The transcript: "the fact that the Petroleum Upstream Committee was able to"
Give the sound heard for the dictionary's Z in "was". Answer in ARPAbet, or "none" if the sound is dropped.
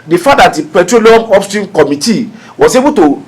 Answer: S